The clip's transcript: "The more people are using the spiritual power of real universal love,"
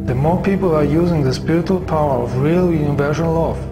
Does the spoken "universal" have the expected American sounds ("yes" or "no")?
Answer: no